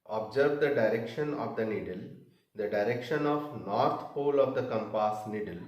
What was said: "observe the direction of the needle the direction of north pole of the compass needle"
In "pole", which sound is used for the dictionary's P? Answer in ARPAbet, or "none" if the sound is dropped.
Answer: P